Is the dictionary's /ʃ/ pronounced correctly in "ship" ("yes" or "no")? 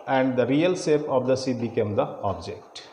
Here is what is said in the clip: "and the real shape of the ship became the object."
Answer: no